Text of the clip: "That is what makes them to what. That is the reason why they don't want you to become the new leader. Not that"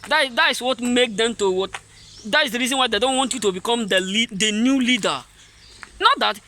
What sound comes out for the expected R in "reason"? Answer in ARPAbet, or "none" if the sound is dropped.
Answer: R